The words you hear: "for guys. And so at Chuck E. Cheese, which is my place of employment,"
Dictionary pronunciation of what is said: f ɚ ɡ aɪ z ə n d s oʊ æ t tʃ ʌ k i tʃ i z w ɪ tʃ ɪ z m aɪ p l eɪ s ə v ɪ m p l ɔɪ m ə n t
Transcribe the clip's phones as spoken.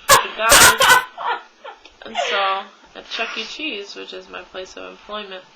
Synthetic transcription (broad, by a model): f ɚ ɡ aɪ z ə n s oʊ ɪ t tʃ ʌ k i tʃ i z w ɪ tʃ ɪ z m aɪ p l eɪ s ə v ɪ m p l ɔɪ m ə n t